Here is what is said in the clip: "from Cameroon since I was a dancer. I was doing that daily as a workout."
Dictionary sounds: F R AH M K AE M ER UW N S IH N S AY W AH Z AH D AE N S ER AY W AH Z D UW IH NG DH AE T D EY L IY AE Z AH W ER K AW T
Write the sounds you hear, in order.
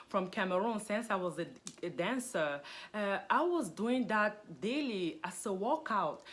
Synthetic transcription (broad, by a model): F R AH M K AE M ER UW N S IH N S AY W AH Z AH D AE N S ER AY W AH Z D UW IH NG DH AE T D EY L IY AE S AH W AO K AW T